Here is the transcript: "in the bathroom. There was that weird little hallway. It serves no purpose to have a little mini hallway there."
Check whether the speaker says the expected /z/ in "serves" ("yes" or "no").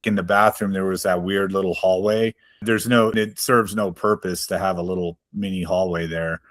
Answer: yes